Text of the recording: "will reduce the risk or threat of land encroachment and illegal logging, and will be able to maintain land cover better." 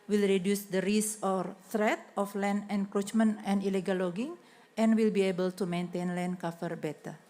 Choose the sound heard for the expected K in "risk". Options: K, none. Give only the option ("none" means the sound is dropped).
none